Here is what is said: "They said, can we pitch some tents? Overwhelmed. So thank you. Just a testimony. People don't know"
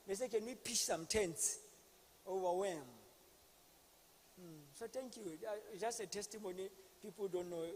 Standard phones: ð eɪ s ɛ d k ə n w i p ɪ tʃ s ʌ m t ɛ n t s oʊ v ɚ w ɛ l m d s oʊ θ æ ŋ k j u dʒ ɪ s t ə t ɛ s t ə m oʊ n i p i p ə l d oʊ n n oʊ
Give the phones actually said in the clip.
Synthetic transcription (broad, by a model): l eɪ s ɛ k ə n w i p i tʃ s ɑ m t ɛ n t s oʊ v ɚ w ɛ m s oʊ t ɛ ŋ k j u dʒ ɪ s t ə t ɛ s t ə m oʊ n i p i p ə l d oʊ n n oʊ